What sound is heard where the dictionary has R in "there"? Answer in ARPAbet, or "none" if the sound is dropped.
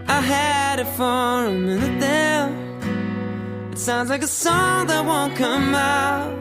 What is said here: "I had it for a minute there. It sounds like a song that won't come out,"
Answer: L